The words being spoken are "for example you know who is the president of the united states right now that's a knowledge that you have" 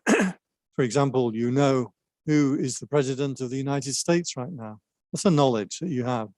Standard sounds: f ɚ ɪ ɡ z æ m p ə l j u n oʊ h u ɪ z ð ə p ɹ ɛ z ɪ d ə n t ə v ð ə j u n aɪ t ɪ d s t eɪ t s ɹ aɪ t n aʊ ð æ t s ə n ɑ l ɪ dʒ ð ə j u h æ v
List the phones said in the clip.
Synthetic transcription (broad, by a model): f ɚ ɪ ɡ z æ m p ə l j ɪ n oʊ h u ɪ z ð ə p ɹ ɛ z ɪ d ə n t ə v ð ə j u n aɪ t ɪ d s t eɪ t s ɹ aɪ t n aʊ ð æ t s ə n ɑ l ɪ dʒ ð ə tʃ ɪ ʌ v